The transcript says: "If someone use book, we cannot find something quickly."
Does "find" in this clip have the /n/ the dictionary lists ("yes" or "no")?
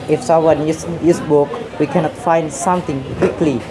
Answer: yes